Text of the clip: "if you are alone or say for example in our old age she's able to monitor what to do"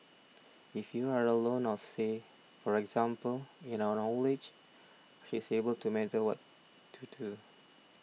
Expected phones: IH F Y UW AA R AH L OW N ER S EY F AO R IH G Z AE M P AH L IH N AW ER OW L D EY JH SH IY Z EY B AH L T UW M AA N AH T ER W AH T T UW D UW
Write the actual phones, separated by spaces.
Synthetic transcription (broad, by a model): IH F Y UW AA R AH L OW N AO S EY F AO R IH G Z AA M P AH L IH N AW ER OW L EY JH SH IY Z EY B AH L T UW M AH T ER W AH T T UW D UW